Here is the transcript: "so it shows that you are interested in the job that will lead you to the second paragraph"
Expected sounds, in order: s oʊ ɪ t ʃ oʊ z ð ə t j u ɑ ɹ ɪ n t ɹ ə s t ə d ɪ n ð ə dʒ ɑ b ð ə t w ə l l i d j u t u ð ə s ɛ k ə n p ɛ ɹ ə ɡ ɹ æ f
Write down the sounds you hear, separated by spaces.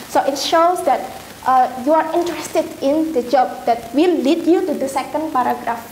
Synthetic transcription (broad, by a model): s oʊ ɪ t ʃ oʊ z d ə t j u ɑ ɹ ɪ n t ɹ ə s t ə d ɪ n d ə dʒ ɑ b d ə t w ə l l i d j u t u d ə s ɛ k ə n p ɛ ɹ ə ɡ ɹ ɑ f